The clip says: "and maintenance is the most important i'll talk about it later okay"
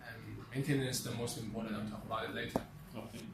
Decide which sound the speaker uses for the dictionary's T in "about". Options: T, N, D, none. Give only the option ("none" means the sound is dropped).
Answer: T